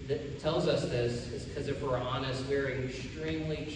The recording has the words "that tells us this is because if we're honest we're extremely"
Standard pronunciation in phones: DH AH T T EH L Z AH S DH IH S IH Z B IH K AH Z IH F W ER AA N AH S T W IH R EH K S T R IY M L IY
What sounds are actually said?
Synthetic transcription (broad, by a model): DH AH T T EH L Z AH S DH IH S IH Z K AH Z IH F W ER AA N AH S T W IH R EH K S T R IY M L IY